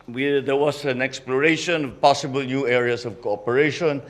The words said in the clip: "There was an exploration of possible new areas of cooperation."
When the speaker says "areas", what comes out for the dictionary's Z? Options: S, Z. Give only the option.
S